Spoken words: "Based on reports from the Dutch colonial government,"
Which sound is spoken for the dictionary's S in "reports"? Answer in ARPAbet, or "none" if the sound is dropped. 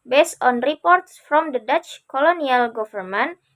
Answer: S